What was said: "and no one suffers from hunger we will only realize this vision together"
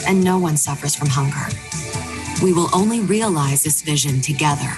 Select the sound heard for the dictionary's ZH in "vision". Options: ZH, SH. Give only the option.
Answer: ZH